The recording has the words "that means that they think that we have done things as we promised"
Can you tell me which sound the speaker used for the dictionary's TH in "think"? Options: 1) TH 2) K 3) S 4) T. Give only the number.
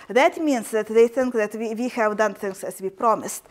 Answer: 1